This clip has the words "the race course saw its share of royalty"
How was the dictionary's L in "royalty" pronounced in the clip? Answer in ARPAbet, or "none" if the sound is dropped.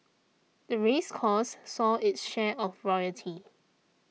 none